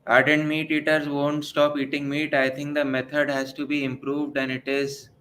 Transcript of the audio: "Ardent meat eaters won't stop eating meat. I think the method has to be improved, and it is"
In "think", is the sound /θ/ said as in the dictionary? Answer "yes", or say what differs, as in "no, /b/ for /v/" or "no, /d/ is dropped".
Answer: no, /t/ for /θ/